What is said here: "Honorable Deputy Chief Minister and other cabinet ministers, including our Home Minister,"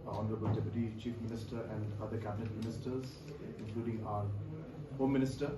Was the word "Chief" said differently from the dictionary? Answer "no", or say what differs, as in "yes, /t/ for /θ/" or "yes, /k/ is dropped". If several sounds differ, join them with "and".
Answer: no